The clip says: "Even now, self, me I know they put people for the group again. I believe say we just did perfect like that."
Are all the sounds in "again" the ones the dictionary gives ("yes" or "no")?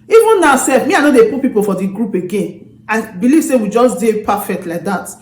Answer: yes